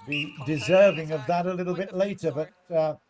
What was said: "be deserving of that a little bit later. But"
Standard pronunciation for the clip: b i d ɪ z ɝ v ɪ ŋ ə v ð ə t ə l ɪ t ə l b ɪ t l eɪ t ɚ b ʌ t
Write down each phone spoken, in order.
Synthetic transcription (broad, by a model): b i d ɪ z ɝ v ɪ ŋ ə v ð ə t ə l ɪ t l b ɪ t l eɪ t ɚ b ʌ t